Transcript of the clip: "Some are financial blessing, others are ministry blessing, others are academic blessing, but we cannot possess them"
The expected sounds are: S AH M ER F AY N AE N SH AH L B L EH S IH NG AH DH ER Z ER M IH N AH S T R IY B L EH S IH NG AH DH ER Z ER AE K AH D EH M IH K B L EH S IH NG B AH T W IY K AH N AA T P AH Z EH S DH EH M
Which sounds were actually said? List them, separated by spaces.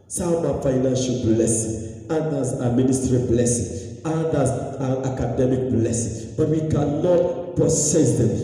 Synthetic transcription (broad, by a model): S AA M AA F AY N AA N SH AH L B L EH S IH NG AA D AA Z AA M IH N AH S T R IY B L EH S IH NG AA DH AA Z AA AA K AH D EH M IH K B L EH S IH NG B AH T W IY K AH N AA T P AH S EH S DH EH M